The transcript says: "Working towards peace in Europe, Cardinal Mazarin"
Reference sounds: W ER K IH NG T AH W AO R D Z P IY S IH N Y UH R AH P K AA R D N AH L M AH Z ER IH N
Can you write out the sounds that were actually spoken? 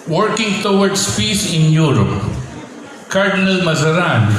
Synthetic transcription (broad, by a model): W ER K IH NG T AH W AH R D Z P IY S IH N Y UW R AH P K AA R D N AH L M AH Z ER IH N